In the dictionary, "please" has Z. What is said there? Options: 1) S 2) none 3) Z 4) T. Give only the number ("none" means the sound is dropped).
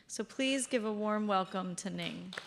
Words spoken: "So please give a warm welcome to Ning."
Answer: 3